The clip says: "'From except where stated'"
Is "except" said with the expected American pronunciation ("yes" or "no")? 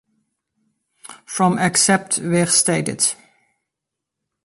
yes